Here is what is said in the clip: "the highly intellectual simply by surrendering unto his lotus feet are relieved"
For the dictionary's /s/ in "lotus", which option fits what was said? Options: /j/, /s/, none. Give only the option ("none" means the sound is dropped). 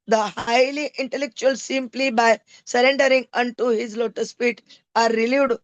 /s/